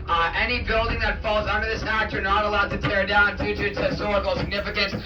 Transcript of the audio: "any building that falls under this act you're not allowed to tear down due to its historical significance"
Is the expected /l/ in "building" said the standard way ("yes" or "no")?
yes